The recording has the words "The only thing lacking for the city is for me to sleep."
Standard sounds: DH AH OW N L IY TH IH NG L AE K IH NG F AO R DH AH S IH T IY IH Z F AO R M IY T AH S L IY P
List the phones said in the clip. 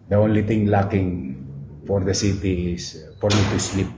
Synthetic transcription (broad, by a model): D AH OW N L IY T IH NG L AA K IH NG F AO R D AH S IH T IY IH S F AO R M IY T AH S L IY P